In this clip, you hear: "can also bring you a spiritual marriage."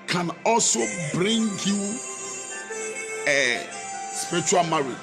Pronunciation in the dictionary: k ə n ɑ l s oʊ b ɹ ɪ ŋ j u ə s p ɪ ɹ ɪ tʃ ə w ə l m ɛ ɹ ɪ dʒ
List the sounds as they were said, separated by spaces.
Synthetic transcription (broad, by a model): k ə n ɑ l s oʊ b ɹ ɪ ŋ j u ə s p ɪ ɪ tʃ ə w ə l m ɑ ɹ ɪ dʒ